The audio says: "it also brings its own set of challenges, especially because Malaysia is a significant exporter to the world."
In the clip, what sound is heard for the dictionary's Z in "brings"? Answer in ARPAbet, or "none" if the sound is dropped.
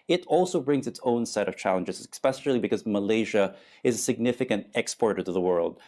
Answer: Z